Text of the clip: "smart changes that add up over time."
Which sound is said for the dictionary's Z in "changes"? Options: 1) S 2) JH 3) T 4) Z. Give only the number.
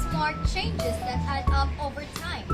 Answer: 4